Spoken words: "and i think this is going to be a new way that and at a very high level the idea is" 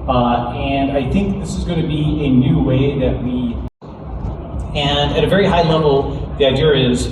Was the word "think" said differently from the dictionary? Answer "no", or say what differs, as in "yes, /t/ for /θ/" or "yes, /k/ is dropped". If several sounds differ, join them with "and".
no